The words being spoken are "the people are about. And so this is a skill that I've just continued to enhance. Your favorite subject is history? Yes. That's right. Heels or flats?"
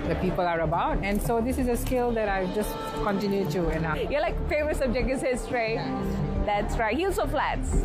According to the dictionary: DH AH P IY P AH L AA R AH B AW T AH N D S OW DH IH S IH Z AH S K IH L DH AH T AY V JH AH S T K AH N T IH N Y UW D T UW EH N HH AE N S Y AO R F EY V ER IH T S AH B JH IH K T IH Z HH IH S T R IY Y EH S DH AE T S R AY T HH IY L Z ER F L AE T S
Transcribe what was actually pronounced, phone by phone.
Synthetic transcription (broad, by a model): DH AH P IY P AH L AA R AH B AW T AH N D S OW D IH S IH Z AH S K IH L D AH T AY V JH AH S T K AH N T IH N Y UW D T UW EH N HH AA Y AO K F EY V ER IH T S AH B JH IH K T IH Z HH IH S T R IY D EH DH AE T S R AY T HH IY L S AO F L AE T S